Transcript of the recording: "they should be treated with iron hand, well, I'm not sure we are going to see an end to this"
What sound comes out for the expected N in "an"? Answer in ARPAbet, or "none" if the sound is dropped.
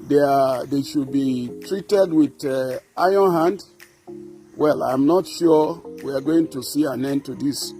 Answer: N